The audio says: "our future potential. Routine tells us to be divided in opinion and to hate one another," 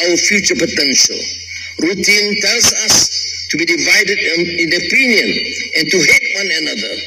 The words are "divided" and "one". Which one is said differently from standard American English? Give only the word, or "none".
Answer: none